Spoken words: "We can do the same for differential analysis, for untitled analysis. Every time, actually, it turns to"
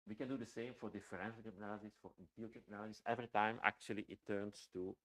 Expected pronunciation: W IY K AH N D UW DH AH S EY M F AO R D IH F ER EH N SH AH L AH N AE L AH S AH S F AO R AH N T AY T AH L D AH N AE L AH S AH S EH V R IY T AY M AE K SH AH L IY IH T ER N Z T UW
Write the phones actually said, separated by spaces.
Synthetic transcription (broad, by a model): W IY K AH N D UW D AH S EY M F AO R D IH F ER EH N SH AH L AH N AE L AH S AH S F AO R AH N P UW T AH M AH N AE L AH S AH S EH V R IY T AY M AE K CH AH L IY IH T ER N S T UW